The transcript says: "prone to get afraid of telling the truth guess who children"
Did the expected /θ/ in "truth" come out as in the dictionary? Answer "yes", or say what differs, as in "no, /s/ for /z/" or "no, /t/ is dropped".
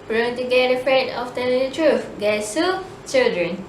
no, /f/ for /θ/